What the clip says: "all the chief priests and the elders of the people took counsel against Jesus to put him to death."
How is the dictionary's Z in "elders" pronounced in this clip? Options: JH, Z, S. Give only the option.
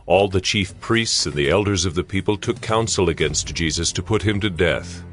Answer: Z